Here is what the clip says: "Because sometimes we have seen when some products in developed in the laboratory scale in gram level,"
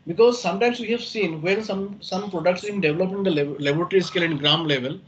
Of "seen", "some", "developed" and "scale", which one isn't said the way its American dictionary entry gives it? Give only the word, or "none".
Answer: developed